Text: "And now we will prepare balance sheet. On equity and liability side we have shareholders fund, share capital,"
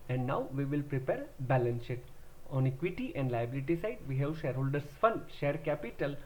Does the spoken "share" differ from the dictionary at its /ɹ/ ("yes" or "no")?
no